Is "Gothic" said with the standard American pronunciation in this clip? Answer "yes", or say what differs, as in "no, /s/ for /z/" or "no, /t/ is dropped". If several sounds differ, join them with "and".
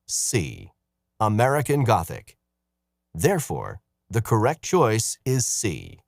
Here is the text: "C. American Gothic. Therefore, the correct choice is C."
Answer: yes